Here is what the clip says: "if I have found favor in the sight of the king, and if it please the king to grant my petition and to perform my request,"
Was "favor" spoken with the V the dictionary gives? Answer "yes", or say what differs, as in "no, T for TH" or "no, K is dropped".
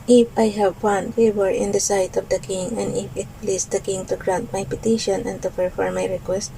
no, W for V